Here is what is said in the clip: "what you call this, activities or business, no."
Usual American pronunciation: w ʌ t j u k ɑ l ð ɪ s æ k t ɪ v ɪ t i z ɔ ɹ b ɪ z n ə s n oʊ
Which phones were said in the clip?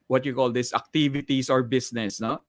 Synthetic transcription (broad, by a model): w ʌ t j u k ɑ l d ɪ s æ k t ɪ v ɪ t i s ɔ ɹ b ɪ s n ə s n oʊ